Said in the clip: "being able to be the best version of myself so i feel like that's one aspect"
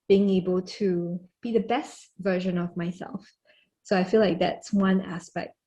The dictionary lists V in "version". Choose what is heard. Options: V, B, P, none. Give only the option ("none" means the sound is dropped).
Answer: V